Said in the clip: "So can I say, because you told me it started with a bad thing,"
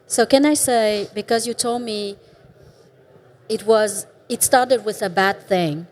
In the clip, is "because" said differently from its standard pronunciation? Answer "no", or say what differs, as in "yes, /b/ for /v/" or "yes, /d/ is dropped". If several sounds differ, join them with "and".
no